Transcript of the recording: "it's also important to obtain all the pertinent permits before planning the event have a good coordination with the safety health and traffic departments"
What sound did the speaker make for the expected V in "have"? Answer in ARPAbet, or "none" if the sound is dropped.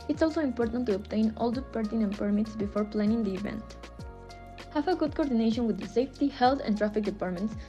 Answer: F